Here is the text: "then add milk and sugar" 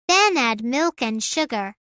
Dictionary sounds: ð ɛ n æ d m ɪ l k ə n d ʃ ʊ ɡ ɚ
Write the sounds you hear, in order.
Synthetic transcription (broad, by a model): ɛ n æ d m ɪ l k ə n ʃ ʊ ɡ ɚ